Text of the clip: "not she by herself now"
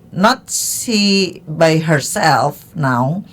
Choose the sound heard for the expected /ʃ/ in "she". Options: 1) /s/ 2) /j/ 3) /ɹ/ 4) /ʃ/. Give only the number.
1